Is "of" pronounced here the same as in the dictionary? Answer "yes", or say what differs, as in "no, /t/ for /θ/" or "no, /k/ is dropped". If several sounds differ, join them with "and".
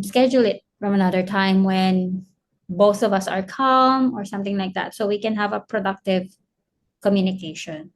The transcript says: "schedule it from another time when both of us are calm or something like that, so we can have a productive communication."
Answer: yes